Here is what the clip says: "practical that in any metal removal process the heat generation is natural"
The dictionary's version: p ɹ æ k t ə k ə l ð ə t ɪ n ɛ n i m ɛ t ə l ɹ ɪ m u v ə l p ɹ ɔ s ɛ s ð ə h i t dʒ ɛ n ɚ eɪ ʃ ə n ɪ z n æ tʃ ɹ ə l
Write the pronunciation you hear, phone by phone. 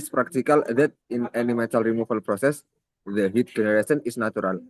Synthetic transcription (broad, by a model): p ɹ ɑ k t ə k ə l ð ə t ɪ n ɛ n i m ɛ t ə l ɹ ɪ m u f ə l p ɹ ɔ s ɛ s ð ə h i t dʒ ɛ n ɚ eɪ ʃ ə n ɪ s n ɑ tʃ ɹ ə l